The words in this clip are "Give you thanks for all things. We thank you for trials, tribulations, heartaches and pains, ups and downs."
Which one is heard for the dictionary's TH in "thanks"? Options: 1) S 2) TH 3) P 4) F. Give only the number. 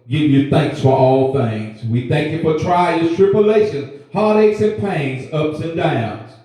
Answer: 2